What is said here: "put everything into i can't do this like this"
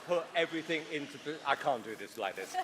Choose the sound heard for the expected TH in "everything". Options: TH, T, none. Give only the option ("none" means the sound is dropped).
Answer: TH